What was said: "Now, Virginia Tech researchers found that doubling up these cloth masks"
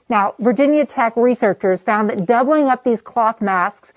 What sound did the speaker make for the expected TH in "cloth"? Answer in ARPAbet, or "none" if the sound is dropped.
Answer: TH